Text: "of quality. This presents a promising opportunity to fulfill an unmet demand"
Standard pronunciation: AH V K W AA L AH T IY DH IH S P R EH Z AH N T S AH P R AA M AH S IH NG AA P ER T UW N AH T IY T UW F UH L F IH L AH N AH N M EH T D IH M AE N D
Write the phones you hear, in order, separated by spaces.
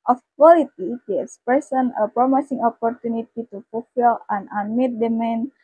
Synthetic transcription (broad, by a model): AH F K W AA L AH T IY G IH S P EH S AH N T AH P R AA M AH S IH NG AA P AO T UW N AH T IY T UW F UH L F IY L AH N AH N M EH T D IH M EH N